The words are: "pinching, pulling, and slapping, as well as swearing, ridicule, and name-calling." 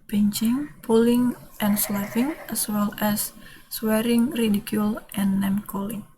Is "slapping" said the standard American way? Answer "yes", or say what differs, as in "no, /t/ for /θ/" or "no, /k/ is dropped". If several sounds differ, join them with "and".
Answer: no, /f/ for /p/